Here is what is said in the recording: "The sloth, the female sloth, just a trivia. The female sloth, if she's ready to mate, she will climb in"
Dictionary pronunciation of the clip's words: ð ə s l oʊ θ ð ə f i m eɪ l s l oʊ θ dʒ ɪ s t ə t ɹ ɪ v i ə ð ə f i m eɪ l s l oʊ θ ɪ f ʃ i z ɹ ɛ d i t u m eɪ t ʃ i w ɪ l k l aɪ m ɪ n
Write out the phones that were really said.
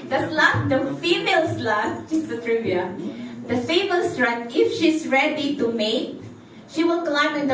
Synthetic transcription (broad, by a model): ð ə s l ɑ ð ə f i m eɪ l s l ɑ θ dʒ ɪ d ə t ɹ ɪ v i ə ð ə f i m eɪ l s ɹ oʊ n ɪ f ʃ i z ɹ ɛ d i t u m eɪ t ʃ i w ɪ l k l aɪ m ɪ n